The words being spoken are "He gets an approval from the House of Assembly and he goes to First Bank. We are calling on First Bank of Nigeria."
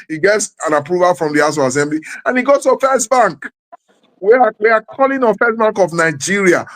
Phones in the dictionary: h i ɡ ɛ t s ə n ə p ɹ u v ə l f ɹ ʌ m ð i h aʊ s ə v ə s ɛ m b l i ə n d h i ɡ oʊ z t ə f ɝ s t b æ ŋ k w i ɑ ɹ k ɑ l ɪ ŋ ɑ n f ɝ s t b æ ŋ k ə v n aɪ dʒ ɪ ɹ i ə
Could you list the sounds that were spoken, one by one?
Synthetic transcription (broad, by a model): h i ɡ ɛ t s ə n ə p ɹ u v ə l f ɹ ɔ m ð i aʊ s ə ə s ɛ m b l i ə n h i ɡ oʊ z t ə f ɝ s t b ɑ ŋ k w i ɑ w k ɑ l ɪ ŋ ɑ f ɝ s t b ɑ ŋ k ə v n aɪ dʒ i ɹ i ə